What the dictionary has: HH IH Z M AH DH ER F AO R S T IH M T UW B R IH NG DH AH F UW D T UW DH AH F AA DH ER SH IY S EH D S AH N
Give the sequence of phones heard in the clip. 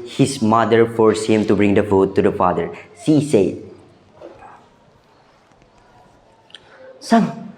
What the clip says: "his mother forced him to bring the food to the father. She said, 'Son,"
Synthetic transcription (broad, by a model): HH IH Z M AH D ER F AO R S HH IH M T UW B R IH NG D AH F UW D T UW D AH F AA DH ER S IY S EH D S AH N